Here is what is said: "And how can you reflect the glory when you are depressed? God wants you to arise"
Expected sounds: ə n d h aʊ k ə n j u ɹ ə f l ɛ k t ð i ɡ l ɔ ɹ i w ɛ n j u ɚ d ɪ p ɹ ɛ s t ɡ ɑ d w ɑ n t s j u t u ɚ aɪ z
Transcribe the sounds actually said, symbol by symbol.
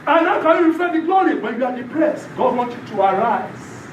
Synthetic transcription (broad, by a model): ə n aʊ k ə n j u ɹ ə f ɛ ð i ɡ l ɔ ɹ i w ɛ n j u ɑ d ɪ p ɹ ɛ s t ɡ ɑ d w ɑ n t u t u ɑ aɪ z